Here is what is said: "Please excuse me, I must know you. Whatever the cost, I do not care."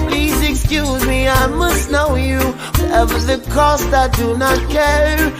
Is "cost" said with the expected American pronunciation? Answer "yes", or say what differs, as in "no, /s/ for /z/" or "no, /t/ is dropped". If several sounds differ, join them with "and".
yes